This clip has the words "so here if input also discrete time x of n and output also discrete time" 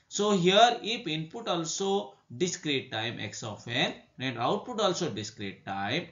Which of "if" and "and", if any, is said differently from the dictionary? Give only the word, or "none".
if